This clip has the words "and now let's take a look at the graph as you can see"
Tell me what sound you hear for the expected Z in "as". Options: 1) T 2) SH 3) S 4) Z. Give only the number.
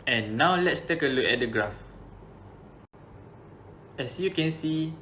3